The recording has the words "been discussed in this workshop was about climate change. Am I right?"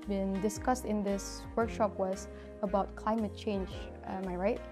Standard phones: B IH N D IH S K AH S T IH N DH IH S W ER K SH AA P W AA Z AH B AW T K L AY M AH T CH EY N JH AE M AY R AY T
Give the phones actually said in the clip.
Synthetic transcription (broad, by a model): B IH N D IH S K AH S T IH N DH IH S W ER K SH AA P W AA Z AH B AW T K L AY M AH T CH EY N JH M AY R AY T